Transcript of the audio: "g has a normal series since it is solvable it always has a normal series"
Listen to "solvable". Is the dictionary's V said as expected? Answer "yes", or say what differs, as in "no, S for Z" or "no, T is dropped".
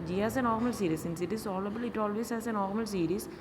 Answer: no, V is dropped